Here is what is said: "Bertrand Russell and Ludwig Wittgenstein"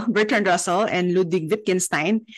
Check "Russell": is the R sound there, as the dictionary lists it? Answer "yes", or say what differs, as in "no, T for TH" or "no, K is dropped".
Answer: yes